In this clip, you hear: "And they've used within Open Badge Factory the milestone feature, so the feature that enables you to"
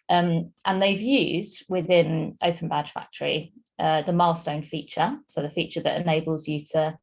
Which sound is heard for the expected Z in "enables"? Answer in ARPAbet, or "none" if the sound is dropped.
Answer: Z